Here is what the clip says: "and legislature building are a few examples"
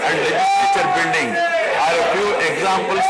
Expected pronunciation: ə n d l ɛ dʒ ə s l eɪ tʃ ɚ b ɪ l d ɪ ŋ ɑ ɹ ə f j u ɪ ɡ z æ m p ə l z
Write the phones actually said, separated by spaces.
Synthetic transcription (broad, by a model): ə n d l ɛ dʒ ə s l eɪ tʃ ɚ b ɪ n d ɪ ŋ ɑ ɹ ə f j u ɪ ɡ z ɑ m p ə l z